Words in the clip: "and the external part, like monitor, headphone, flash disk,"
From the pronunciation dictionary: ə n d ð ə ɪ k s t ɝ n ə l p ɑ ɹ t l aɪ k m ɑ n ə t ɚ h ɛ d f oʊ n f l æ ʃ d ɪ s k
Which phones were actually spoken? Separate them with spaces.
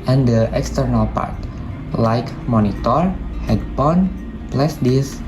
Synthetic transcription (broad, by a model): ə n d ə ɪ k s t ɝ n ə l p ɑ ɹ t l aɪ k m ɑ n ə t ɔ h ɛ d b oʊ n p l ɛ s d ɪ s